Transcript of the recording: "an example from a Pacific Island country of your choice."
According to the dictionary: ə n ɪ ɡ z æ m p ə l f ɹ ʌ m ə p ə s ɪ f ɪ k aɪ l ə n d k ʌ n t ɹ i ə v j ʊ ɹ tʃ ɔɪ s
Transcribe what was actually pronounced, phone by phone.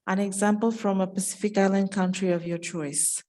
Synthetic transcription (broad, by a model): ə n ɪ ɡ z æ m p ə l f ɹ ʌ m ə p ə s ɪ f ɪ k aɪ l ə n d k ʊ n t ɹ i ə v j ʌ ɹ tʃ ɔɪ s